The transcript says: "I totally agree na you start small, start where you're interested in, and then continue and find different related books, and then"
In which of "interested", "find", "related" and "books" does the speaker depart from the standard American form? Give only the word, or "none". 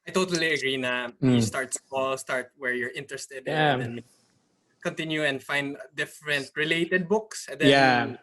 none